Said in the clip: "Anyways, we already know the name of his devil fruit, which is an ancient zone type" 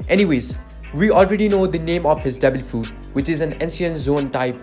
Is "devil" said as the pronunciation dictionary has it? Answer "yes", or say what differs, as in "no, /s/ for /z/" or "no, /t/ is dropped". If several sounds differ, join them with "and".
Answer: no, /b/ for /v/